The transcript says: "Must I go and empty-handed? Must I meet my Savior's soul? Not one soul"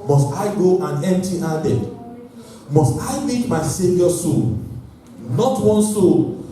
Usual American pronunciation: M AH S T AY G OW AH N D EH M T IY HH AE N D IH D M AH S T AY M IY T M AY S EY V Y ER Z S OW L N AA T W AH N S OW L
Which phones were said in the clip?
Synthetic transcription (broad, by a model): M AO S T AY G OW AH N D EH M T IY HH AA D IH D M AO S T AY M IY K M AY S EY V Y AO S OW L N AA T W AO N S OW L